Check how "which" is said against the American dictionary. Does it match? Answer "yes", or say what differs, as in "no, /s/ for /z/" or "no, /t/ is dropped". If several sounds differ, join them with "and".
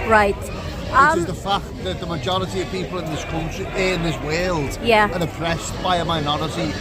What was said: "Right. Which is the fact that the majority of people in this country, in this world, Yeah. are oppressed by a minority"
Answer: no, /tʃ/ is dropped